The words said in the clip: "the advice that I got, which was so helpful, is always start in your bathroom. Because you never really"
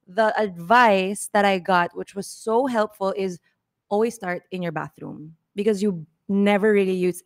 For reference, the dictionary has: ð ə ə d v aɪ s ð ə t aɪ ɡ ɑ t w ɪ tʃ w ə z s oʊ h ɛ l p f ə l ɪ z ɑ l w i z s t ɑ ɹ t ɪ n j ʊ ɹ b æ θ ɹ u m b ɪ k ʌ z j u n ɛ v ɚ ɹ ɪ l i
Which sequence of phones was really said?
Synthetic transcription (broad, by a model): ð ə ə d v aɪ s ð ə t aɪ ɡ ɑ t w ɪ tʃ w ə z s oʊ h ɛ l p f ə l ɪ z ɑ l w i z s t ɑ ɹ t ɪ n j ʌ ɹ b æ θ ɹ u m b ɪ k ʌ z j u n ɛ v ɚ ɹ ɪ l i